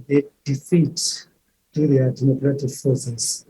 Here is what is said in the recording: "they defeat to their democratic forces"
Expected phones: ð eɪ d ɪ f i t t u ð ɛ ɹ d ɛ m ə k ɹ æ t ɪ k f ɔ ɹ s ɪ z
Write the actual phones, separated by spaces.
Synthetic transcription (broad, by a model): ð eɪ d ɪ f i t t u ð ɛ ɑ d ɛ m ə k ɹ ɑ t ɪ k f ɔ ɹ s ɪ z